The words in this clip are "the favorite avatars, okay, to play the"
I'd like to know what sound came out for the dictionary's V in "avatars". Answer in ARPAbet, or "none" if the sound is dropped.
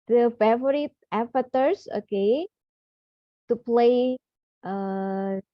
F